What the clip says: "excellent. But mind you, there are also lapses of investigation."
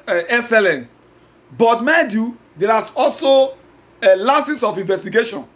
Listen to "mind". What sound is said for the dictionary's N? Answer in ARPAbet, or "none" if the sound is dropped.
none